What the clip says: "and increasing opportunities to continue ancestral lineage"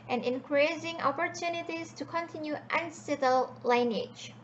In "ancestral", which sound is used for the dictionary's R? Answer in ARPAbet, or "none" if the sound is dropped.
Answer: none